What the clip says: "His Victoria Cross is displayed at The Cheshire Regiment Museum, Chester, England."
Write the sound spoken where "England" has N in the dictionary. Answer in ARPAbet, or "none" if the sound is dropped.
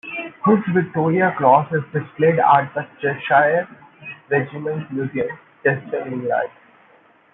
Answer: none